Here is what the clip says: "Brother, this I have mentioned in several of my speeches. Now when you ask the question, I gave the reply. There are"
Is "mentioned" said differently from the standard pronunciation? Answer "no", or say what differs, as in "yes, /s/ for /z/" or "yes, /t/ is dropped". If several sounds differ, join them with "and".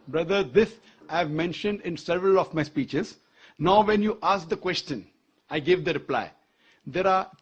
no